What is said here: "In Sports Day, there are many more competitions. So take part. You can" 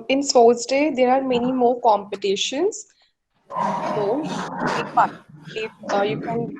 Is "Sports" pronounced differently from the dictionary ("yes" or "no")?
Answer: yes